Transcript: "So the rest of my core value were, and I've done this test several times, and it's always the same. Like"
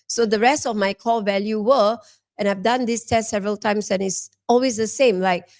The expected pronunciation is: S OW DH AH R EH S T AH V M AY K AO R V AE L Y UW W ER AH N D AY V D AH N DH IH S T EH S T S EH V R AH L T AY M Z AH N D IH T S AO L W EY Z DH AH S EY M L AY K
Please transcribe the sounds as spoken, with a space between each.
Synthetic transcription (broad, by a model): S OW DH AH R EH S T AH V M AY K AO V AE L Y UW W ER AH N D AY V D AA N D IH S T EH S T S EH V R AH L T AY M S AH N IH T S AO L W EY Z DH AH S EY M L AY K